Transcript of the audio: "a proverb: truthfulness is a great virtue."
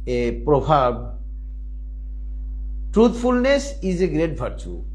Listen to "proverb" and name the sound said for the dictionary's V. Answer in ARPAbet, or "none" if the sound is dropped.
B